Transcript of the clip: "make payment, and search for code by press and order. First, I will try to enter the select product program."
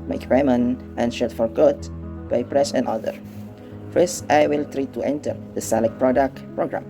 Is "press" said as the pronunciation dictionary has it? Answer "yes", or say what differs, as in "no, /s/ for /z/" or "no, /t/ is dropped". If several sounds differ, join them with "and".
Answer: yes